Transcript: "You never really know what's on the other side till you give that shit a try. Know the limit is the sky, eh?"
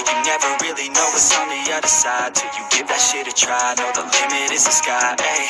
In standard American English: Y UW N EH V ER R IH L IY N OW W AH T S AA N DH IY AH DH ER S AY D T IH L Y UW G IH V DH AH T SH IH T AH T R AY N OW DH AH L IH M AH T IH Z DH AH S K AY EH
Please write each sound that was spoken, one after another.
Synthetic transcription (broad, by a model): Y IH N EH V ER R IH L IY N OW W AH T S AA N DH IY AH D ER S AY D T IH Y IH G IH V DH AH T SH IH T AH T R AY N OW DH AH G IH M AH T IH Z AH S K AY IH